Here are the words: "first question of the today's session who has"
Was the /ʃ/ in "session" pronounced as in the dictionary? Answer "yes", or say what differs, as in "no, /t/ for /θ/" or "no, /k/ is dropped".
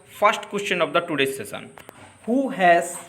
no, /s/ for /ʃ/